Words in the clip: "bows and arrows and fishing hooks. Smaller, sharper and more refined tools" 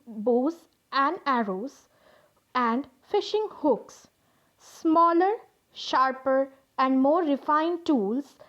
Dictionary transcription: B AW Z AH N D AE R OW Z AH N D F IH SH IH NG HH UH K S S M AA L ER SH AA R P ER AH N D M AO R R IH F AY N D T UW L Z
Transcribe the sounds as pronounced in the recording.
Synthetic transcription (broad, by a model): B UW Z AH N D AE R OW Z AH N D F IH SH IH NG HH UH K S S M AA L ER SH AA R P ER AH N D M AO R R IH F AY N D T UW L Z